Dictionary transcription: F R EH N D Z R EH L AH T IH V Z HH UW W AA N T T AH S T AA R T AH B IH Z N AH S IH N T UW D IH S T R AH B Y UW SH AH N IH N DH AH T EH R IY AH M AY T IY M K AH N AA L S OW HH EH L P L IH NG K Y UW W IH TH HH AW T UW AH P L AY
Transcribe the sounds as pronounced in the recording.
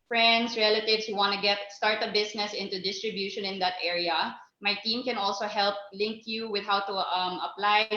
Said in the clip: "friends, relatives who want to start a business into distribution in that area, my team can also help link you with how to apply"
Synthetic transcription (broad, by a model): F R EH N D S R EH L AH T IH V S HH UW W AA N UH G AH S T AA R T AH B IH S N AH S IH N T UW D IH S T R AH B Y UW SH AH N IH N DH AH T EH R IY AH M AY T IY M K AH N AA L S OW HH EH L P L IH NG K Y UW W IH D HH AW T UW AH P L AY